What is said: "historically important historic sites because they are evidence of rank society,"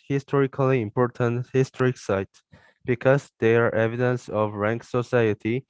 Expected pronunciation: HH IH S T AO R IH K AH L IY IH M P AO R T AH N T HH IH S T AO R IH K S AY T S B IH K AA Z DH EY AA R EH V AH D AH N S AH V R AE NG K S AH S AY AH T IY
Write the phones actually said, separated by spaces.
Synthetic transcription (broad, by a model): HH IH S T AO R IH K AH L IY IH M P AO R T AH N T HH IH S T AO R IH K S AY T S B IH K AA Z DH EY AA R EH V AH D AH N S AH V R AE NG K S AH S AY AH T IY